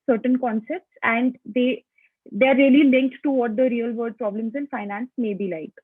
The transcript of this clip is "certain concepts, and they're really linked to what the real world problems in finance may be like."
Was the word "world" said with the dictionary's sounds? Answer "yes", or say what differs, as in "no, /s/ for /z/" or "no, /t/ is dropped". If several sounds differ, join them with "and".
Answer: no, /l/ is dropped